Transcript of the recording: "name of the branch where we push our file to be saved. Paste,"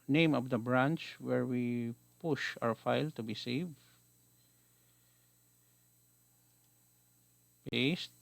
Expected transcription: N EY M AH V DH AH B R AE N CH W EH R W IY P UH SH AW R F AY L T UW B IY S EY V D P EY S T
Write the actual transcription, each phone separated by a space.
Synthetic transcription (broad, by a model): N EY M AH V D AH B R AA N CH W EH R W IY P UH SH AW R F AY L T UW B IY S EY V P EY S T